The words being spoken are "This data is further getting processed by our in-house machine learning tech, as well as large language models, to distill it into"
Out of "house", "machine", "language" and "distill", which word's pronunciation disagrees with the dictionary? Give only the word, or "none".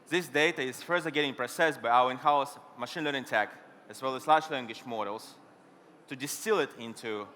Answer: language